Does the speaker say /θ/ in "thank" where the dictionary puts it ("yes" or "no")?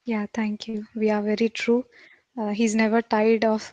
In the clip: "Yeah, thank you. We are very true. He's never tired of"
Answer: no